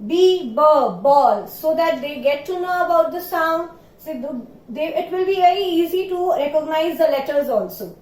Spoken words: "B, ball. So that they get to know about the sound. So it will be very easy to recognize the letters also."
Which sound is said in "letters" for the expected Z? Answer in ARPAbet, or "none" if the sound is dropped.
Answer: Z